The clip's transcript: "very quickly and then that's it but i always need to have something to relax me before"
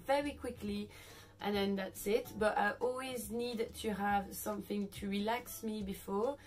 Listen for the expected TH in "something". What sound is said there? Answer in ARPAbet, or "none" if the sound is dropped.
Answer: TH